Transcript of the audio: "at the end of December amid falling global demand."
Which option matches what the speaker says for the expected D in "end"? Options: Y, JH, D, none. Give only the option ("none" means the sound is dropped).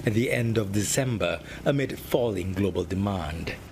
D